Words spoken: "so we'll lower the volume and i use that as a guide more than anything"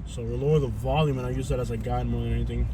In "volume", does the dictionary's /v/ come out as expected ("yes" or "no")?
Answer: yes